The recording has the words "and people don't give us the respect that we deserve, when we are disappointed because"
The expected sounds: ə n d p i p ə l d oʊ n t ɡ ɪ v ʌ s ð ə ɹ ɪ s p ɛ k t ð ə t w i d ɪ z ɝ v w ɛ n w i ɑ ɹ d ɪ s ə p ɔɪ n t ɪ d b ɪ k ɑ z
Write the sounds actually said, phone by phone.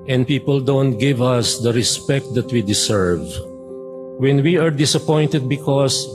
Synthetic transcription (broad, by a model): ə n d p i p ə l d oʊ n t ɡ ɪ v ʌ s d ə ɹ ɪ s p ɛ k t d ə t w i d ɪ s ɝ v w ɛ n w i ɑ ɹ d ɪ s ə p ɔɪ n t ɪ d b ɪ k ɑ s